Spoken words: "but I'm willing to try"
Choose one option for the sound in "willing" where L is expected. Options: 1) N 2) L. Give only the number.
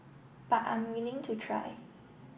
2